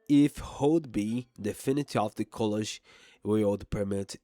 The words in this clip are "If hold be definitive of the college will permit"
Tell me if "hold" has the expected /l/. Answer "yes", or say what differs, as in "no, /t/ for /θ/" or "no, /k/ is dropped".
no, /l/ is dropped